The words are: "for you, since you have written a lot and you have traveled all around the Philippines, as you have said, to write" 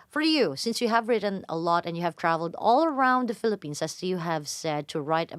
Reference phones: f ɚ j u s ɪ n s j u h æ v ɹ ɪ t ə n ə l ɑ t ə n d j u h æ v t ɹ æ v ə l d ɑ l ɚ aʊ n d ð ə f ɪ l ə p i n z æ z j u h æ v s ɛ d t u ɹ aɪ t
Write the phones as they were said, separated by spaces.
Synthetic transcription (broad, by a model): f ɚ j u s ɪ n s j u h æ v ɹ ɪ t ə n ə l ɑ t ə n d j u h æ v t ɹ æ v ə l d ɑ l ɚ aʊ n d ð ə f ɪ l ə p i n s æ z j u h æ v s ɛ d t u ɹ aɪ t